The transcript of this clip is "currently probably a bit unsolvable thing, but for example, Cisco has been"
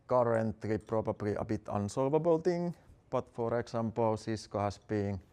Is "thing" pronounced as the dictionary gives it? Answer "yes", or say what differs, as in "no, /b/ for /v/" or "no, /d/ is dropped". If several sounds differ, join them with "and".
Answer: no, /t/ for /θ/